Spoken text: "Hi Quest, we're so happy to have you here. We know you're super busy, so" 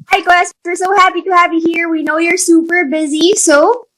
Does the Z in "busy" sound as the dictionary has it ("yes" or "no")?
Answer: yes